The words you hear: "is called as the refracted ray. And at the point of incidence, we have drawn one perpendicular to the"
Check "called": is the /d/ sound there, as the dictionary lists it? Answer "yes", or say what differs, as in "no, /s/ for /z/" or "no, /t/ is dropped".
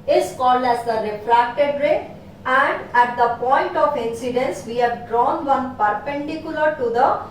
no, /d/ is dropped